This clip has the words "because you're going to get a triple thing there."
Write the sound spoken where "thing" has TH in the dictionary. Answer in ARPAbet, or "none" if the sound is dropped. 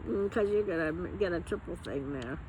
TH